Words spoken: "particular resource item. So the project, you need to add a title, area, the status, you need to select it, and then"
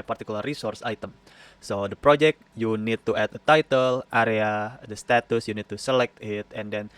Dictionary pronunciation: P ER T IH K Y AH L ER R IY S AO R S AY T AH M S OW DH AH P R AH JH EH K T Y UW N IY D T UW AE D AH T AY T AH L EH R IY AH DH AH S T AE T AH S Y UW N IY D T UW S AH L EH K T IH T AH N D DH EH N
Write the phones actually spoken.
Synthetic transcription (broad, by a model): P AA T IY K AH L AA R IY S AO R S AY T AH M S OW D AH P R AH JH EH K T Y UW N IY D T UW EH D AH T AY T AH L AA R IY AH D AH S T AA T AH S Y UW N IY D T UW S AH L EH K T IH T AH N D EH N